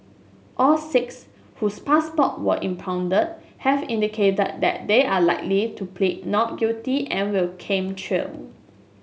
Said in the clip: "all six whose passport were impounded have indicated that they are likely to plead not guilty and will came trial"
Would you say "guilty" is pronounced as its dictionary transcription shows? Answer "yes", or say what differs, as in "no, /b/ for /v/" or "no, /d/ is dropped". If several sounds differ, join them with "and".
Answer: no, /l/ is dropped